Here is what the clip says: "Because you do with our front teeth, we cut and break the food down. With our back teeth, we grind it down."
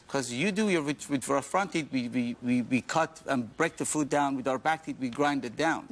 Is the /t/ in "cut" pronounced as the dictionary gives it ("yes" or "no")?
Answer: yes